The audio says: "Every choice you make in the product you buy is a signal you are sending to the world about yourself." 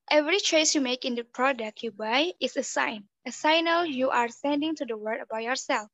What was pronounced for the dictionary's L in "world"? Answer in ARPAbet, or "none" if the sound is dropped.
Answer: none